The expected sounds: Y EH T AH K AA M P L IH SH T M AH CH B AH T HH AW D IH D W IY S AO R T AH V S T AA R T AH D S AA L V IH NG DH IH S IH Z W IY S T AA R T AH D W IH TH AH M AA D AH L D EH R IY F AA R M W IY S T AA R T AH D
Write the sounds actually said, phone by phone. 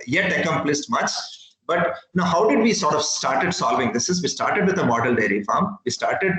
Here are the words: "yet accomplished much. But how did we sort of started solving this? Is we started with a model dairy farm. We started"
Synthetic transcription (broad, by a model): Y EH T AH K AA M P L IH S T M AH CH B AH T HH AW D IH D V IY S AO R T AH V S T AA R T AH D S AA L V IH NG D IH S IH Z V IY S T AA R T AH D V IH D AH M AA D AH L D EH R IY F AA R M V IY S T AA R T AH D